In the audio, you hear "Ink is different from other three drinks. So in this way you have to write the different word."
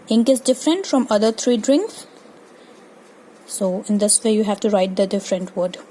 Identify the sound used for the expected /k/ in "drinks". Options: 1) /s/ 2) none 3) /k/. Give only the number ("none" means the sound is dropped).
3